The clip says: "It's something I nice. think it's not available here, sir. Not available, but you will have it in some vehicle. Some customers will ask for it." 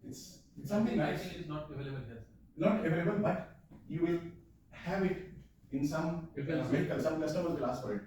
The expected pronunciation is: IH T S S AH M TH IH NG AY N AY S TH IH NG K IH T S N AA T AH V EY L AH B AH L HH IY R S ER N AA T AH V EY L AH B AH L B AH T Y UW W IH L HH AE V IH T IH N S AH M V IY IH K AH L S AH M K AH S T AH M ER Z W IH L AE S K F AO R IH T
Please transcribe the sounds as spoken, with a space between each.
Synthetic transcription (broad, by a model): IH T S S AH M T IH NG AY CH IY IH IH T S N AA T AH V EY L AH B AH L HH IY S N AA T AH V EY L AH B AH L B AH T Y UW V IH L HH AE V IH T IH N S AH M F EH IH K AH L S AH M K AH S T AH M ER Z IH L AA S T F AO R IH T